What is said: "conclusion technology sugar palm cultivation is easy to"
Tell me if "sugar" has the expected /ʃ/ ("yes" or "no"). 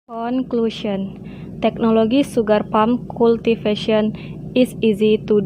no